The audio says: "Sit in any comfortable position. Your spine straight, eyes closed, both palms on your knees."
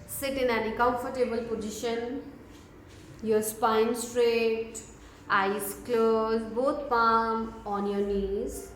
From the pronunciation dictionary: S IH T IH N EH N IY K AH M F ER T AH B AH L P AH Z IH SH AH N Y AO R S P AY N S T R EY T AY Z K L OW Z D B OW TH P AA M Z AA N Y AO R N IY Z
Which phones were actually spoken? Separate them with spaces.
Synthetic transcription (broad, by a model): S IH T IH N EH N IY K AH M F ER T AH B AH L P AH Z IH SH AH N Y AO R S P AY N S T R EY T AY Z K L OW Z B OW T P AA M AA N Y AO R N IY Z